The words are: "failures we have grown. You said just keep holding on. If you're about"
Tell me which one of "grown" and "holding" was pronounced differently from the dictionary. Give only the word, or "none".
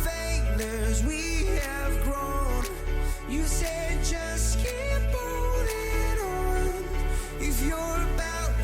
holding